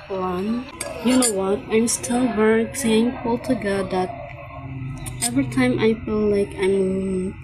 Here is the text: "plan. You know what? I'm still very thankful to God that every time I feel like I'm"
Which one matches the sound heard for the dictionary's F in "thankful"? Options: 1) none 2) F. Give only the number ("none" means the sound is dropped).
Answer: 1